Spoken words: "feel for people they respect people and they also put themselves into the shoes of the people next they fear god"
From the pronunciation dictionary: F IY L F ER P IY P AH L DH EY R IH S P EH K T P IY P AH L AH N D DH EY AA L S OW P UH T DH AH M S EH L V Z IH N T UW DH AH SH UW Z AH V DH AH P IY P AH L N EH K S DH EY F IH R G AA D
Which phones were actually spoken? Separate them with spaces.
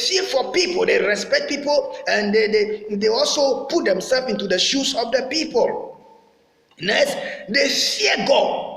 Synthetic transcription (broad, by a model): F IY F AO P IY P AH L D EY R IH S P EH K T P IY P AH L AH N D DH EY AA L S OW P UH T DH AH M S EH L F IH N T UW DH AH SH UW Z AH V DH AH P IY P AH L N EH S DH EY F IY G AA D